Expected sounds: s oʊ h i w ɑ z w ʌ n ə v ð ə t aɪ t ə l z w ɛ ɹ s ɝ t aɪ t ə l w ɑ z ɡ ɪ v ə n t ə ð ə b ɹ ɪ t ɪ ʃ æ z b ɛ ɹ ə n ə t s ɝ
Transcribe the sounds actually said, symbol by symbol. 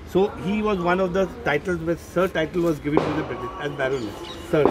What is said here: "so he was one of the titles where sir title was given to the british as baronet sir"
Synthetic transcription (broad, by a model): s oʊ h i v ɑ z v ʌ n ə v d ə t aɪ t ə l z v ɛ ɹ s ɝ t aɪ t ə l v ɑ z ɡ ɪ v ə n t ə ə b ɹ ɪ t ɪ s æ z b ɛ ɹ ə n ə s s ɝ